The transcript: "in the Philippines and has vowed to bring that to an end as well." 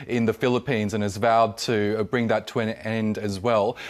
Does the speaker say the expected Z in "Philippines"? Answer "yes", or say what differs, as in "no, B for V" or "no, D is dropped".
yes